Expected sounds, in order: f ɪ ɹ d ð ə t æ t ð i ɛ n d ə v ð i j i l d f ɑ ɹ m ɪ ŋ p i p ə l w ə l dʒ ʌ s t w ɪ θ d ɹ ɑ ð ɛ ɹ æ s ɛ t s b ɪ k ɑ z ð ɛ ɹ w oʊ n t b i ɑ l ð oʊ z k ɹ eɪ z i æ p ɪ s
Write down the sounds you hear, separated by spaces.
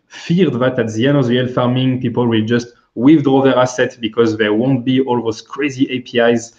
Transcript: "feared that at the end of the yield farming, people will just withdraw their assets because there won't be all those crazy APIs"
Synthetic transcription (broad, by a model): f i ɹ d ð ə t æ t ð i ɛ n ə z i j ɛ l f ɑ ɹ m ɪ ŋ p i p ə l w ə l dʒ ʌ s t w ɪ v d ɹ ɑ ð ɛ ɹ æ s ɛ t b ɪ k ɑ z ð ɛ w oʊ n t b i ɑ l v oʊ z k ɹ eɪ z i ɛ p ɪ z